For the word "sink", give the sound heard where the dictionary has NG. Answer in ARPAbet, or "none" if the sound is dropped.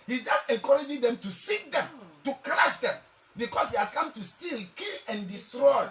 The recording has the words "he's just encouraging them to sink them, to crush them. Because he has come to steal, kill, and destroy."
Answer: none